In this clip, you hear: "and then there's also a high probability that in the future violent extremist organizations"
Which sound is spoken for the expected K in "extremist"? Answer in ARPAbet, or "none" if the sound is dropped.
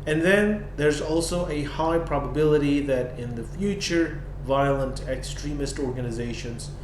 K